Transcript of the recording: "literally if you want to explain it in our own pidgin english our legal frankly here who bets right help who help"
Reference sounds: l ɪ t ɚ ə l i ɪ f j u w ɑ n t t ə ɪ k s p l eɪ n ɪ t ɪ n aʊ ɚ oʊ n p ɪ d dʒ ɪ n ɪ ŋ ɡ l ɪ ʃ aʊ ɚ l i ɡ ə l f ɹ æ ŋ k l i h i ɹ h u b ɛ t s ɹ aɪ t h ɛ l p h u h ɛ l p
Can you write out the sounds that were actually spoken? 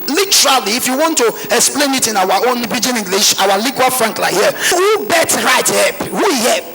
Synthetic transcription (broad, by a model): l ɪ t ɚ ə l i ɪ f j u w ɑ n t t ə ɪ k s p l eɪ n ɪ t ɪ n aʊ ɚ oʊ n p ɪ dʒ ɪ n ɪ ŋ ɡ l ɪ ʃ aʊ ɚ l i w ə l f ɹ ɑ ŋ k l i h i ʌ h u b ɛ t ɹ aɪ t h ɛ p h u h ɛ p